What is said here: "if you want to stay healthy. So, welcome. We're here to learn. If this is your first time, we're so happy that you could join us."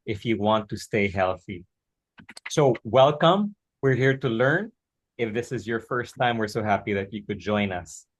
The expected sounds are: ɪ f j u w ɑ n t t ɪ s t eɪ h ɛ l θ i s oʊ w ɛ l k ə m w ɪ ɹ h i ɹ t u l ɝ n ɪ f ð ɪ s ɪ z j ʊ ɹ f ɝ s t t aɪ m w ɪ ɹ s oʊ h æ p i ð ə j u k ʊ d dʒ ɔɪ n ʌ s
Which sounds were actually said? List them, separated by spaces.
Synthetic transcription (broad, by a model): ɪ f j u w ɑ n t t ɪ s t eɪ h ɛ l θ i s oʊ w ɛ l k ə m w ɪ ɹ h i ɹ t u l ɝ n ɪ f ð ɪ s ɪ z j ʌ ɹ f ɝ s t t aɪ m w ɪ ɹ s oʊ h æ p i ð ə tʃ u k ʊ d dʒ ɔɪ n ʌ s